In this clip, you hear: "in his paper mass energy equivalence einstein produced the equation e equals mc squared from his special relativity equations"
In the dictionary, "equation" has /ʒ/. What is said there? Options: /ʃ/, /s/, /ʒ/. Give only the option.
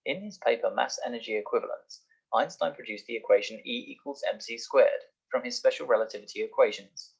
/ʒ/